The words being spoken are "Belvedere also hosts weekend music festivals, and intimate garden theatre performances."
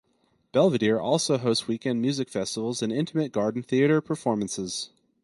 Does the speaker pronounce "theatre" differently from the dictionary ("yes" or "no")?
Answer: no